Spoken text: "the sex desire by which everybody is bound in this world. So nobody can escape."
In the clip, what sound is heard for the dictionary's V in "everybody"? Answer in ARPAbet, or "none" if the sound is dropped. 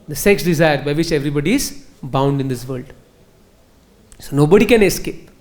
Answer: V